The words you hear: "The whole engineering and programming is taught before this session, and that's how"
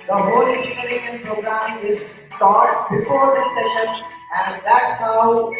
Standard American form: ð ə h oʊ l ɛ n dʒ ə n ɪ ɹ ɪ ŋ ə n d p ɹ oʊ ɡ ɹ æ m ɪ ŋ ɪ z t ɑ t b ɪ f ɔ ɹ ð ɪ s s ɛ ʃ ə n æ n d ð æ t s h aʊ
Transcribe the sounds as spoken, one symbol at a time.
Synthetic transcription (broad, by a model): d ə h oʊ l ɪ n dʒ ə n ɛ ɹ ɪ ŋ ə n p ɹ oʊ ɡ ɹ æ m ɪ ɪ z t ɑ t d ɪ p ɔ ɹ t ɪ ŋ s ɛ ʃ ə n æ n d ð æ t s h aʊ